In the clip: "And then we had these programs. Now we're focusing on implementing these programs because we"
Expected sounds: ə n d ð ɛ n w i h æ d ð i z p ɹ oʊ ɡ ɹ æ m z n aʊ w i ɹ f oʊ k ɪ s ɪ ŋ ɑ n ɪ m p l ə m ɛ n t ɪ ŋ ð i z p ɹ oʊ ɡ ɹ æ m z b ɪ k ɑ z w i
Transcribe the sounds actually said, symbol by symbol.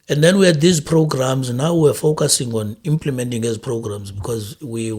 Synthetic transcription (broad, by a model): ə n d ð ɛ n w i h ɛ d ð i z p ɹ oʊ ɡ ɹ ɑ m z n aʊ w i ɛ f oʊ k ɪ s ɪ ŋ ɑ n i m p l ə m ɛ n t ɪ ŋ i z p ɹ oʊ ɡ ɹ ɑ m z b ɪ k ɑ z w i